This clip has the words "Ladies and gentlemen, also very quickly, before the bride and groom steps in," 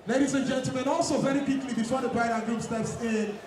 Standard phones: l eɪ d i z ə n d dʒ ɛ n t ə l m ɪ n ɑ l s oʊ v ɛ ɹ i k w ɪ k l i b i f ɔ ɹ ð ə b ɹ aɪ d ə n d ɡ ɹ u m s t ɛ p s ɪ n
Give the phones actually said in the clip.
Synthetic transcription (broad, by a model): l eɪ d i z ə n dʒ ɛ n t l m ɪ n ɑ l s oʊ v ɛ ɹ i k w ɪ k l i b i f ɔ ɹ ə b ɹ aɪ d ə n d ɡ u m s t ɛ p s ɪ n